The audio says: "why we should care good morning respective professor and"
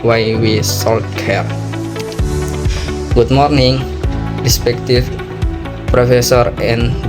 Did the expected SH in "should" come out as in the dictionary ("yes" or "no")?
no